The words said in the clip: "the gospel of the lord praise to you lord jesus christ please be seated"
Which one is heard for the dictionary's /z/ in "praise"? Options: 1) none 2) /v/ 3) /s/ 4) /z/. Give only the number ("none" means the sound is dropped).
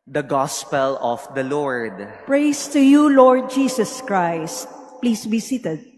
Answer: 3